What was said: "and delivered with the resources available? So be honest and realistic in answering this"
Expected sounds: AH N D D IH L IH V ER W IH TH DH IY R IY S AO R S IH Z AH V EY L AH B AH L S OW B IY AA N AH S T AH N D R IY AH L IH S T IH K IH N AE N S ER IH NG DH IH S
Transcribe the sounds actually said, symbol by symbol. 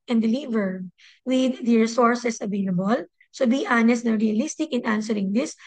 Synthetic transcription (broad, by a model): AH N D D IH L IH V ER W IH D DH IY R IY S AO R S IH S AH V EY L AH B AH L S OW B IY AA N AH S T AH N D R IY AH L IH S T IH K IH N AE N S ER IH NG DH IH S